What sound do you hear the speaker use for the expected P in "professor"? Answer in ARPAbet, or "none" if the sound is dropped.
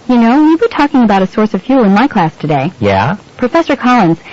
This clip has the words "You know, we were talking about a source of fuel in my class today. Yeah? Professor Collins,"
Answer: P